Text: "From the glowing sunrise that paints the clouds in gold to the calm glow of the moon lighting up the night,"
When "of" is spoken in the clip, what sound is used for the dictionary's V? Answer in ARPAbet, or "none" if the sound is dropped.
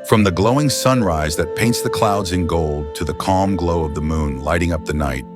V